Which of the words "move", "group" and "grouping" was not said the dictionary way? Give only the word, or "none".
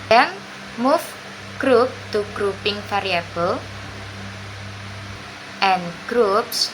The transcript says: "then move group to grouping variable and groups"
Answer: move